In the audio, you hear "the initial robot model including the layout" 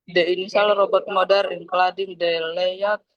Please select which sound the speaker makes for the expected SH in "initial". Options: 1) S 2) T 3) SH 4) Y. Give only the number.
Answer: 1